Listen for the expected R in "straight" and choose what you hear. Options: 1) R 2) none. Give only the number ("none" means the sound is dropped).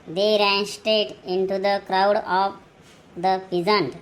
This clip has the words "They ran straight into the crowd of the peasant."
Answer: 2